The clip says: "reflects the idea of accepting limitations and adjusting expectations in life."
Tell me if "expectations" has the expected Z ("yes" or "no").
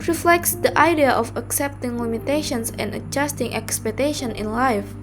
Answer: no